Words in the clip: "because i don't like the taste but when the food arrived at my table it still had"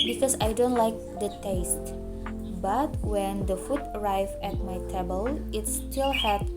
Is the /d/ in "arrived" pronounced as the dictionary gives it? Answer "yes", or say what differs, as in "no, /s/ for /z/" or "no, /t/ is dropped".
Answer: no, /d/ is dropped